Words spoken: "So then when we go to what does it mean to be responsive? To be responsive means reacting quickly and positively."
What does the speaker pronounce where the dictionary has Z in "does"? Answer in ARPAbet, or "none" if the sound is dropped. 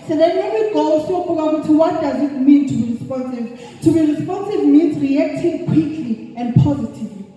Z